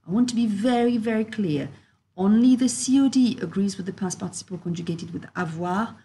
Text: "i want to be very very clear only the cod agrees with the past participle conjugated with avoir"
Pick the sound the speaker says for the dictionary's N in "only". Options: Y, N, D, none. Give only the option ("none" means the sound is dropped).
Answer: N